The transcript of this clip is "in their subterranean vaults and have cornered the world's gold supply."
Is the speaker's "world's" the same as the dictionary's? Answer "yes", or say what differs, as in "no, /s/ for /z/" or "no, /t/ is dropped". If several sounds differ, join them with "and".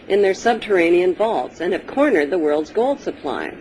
yes